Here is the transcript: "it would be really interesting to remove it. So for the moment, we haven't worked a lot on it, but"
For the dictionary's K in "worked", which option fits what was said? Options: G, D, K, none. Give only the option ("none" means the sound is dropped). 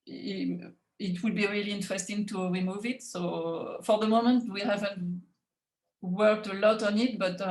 K